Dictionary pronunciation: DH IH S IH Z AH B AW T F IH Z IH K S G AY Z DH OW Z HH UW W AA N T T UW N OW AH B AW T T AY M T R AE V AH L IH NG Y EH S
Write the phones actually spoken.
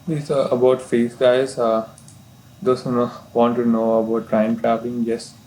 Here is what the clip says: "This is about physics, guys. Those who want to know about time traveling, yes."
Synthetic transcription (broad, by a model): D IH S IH AH B AW T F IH S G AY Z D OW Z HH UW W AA N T T UW N OW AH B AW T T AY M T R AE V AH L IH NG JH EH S